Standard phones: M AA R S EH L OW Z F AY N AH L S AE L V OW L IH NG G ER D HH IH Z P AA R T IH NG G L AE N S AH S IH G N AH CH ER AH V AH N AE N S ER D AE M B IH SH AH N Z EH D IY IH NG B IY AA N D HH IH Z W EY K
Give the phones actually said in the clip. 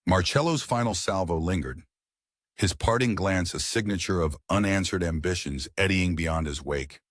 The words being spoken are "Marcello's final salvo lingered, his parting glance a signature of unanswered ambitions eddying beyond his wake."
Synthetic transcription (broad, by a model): M AA R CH EH L OW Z F AY N L S AE L V OW L IH NG G ER D HH IH Z P AA R T IH NG G L AE N S AH S IH G N AH CH ER AH V AH N AE N S ER D AE M B IH SH AH N Z EH D IY IH NG B IY AA N D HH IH Z W EY K